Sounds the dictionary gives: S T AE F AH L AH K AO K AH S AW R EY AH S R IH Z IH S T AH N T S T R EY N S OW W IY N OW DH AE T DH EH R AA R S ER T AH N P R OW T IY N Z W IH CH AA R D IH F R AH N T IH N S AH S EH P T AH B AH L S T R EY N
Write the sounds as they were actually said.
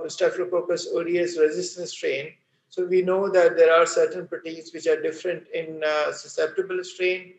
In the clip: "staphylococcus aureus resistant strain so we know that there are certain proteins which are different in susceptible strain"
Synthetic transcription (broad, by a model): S T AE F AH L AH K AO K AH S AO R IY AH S R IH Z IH S T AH N S T R EY N S OW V IY N OW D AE T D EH R AA R S ER T AH N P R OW T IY Z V IH CH AA R D IH F R AH N T IH N S AH S EH P T AH B AH L S T R EY N